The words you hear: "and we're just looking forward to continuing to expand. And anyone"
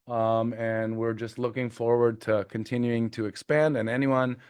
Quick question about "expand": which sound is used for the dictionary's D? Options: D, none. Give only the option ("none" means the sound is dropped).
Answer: D